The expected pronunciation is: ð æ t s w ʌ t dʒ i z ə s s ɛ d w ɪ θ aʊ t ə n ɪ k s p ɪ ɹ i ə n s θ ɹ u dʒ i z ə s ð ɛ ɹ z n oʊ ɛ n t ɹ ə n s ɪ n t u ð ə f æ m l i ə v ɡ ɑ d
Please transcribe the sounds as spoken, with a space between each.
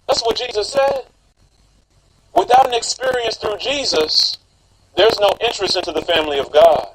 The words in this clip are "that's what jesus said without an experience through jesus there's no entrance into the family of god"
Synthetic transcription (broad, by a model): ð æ t s w ʌ t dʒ i z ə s s ɛ d w ɪ θ aʊ t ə n ɪ k s p ɪ ɹ i ə n s θ ɹ u dʒ i z ə s ð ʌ ɹ z n oʊ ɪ n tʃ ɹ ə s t ɪ n t u ð ə f æ m l i ə v ɡ ɑ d